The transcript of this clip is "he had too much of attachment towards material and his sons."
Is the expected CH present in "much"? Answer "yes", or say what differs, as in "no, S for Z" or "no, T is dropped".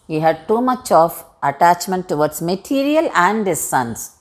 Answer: yes